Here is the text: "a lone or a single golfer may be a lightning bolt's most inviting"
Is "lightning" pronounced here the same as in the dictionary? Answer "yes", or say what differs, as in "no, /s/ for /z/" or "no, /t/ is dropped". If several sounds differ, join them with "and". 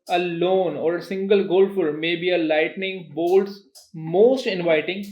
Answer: yes